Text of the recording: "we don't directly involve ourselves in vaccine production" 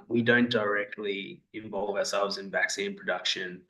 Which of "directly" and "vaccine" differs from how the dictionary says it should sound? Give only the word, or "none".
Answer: none